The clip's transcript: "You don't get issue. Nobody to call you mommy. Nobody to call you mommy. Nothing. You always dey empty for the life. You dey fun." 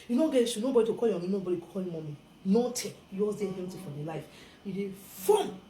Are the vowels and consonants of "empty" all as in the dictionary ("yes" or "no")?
no